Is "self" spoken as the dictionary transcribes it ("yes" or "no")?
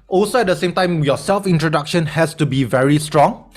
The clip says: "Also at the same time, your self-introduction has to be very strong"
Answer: yes